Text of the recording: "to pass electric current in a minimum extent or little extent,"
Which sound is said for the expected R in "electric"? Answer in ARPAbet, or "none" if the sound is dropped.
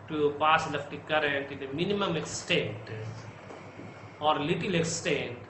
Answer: none